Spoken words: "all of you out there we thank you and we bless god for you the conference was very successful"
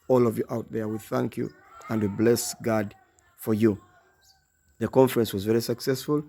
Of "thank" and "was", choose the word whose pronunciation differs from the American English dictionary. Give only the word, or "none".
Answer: none